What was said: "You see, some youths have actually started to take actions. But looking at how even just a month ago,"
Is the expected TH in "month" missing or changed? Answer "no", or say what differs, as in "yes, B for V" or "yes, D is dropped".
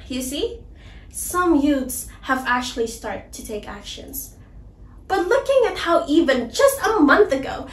no